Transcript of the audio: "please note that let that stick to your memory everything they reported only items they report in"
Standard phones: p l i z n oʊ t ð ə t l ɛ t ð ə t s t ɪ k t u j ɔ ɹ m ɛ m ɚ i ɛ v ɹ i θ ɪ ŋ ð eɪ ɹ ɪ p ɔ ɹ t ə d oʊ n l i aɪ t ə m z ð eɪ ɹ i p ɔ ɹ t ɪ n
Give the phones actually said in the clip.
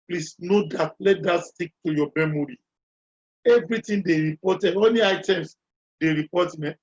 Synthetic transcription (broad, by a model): p l i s n oʊ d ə t l ɛ t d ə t s t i k t u j ɔ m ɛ m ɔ i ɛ v ɹ i t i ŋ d eɪ ɹ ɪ p ɔ t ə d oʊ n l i aɪ t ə m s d eɪ ɹ i p ɔ t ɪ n